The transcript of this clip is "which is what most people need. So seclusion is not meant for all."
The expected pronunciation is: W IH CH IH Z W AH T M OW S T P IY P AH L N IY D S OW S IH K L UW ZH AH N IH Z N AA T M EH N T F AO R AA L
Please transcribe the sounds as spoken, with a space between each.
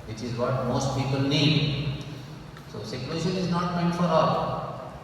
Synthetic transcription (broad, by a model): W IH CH IH Z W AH T M OW S T P IY P AH L N IY D S OW S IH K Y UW SH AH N IH Z N AA T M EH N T F AO R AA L